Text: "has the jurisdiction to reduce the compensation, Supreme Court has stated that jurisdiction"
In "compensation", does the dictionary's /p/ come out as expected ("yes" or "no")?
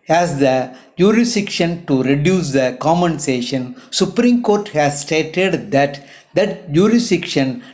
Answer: no